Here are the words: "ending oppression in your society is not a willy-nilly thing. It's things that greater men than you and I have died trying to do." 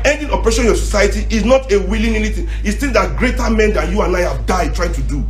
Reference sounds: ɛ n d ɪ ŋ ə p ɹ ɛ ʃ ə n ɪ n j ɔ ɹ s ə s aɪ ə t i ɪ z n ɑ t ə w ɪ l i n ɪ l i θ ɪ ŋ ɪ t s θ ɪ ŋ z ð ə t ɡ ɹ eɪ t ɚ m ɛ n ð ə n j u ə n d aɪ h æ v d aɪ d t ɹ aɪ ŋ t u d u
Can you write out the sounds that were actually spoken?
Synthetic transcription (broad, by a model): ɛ n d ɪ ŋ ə p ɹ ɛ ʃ ɪ n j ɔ s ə s aɪ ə t i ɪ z n ɑ t ə w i l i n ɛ n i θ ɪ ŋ ɪ t s t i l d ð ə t ɡ ɹ eɪ t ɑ m ɛ n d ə n j u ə n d aɪ h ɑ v d aɪ d t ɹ aɪ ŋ t u d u